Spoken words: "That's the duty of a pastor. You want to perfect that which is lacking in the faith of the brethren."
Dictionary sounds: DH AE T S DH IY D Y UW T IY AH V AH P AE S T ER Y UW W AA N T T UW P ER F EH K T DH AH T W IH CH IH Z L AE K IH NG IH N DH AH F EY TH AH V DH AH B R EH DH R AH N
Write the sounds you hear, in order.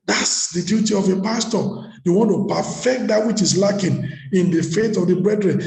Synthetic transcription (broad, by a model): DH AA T S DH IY D Y UW T IY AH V AH P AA S T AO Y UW W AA N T T UW P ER F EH K T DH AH T W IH CH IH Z L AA K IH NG IH N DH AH F EY T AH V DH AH B R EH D R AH N